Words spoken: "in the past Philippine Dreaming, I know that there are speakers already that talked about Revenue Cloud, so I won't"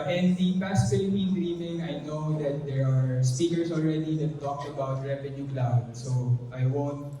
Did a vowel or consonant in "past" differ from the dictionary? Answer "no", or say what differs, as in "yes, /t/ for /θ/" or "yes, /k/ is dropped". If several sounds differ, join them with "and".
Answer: no